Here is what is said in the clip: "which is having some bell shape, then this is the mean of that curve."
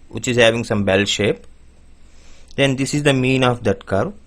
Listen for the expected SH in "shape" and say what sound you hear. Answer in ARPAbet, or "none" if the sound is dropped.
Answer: SH